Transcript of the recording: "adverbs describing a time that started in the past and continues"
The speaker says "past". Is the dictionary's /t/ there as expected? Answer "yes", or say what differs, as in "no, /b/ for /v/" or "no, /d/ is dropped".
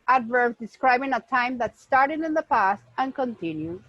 yes